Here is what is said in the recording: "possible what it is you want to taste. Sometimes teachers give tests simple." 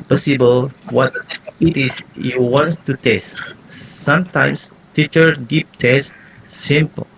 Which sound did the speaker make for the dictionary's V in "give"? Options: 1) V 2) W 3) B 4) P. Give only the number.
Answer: 4